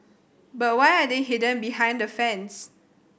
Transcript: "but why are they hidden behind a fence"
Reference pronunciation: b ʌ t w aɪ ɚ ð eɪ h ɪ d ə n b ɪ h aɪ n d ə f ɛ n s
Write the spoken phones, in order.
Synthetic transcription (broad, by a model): b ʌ t w aɪ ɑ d eɪ h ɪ d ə n b ɪ h aɪ n d ə f ɛ n s